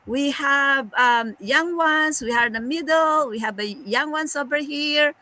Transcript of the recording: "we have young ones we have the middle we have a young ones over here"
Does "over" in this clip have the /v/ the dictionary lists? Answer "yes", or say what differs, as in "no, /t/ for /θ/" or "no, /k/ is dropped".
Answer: no, /b/ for /v/